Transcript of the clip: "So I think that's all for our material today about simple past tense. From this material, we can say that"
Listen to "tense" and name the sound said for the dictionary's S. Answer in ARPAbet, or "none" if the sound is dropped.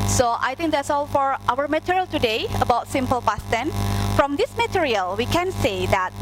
none